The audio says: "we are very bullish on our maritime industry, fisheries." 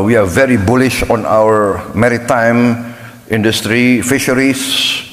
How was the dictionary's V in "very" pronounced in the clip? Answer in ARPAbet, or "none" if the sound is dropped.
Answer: V